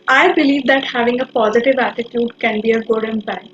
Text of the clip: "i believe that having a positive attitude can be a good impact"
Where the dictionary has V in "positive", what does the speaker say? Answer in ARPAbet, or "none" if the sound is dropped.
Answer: V